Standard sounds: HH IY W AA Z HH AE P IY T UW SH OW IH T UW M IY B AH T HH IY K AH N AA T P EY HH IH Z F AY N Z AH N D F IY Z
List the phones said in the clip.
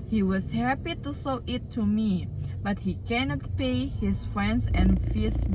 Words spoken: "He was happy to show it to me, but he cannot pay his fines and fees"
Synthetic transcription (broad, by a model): HH IY W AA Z HH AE P IY T UW S OW IH T UW M IY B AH T HH IY K AH N AA T P EY HH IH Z F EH N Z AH N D F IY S